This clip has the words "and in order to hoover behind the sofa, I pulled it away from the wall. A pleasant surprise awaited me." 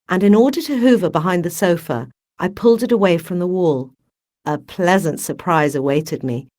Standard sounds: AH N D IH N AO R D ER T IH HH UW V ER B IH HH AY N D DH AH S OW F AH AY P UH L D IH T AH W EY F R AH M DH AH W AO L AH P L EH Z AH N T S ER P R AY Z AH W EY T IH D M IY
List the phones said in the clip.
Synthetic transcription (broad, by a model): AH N IH N AO R D ER T IH HH UW V ER B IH HH AY N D DH AH S OW F AH AY P UH L D IH T AH W EY F R AH M DH AH W AO L AH P L EH Z AH N T S ER P R AY Z AH W EY T IH D M IY